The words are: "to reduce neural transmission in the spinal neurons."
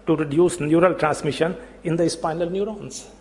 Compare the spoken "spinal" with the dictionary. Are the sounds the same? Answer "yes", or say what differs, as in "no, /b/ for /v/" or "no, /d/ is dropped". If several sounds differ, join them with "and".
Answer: yes